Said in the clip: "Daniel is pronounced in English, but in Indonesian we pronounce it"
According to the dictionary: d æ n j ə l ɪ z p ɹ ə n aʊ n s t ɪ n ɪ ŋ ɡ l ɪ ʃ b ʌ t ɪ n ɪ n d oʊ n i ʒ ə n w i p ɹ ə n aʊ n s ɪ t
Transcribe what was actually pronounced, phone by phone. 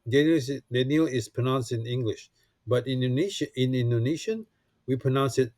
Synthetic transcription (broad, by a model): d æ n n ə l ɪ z p ɹ ə n aʊ n s t ɪ n ɪ ŋ ɡ l ɪ ʃ b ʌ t ɪ n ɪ n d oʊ n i ʃ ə n w i p ɹ ə n aʊ n s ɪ t